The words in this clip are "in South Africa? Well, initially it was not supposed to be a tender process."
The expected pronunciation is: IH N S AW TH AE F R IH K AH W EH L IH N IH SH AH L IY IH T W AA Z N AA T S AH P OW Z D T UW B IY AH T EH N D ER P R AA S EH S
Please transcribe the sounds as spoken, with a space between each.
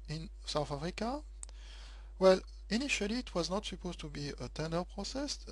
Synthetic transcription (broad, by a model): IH N S AW TH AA F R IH K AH W EH L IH N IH SH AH L IY T W AA Z N AA T S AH P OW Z T UW B IY AH T EH N D ER P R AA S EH S